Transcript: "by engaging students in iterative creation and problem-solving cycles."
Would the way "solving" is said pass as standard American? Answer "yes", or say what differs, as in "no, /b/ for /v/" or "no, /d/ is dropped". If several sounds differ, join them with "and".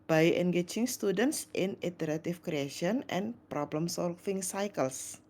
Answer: no, /f/ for /v/